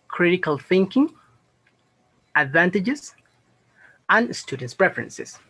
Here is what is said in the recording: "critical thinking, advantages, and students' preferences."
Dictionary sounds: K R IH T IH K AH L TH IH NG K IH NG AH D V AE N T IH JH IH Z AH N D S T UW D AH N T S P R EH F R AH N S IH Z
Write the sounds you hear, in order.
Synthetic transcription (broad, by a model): K R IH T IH K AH L TH IH NG K IH NG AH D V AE N T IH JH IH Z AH N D S T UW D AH N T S P R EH F R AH N S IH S